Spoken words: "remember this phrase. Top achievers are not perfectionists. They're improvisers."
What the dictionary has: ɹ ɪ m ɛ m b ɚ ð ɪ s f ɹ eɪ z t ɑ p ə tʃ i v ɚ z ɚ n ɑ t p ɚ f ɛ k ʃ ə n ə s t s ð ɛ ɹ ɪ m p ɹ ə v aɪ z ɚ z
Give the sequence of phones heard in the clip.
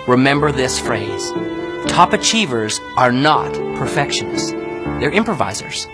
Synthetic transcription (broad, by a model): ɹ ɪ m ɛ m b ɚ ð ɪ s f ɹ eɪ z t ɑ p ə tʃ i v ɚ z ɚ n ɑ t p ɚ f ɛ k ʃ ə n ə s s ð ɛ ɹ ɪ m p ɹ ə v aɪ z ɚ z